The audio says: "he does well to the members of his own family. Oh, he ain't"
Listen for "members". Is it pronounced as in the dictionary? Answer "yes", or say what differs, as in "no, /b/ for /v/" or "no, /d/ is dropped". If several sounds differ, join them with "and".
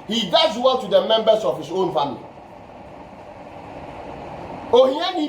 no, /s/ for /z/